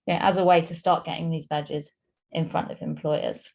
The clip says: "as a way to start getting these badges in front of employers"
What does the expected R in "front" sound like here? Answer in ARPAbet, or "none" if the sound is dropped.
R